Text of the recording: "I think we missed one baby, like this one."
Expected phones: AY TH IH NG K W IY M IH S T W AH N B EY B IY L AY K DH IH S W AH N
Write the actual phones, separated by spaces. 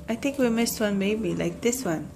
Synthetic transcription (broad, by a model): AY T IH NG K W IY M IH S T W AH N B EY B IY L AY K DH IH S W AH N